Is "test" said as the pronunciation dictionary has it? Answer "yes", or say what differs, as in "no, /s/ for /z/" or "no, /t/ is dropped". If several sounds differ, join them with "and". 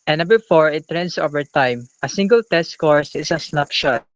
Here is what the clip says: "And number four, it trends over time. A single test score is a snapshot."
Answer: yes